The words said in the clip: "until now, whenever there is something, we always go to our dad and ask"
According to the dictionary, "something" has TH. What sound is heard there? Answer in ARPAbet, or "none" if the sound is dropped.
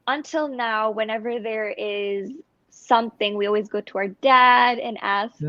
TH